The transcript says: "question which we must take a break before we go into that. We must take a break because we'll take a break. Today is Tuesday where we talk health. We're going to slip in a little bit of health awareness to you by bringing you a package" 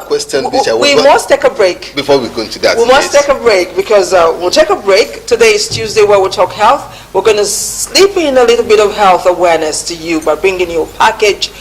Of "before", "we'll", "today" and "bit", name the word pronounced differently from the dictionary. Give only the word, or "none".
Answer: none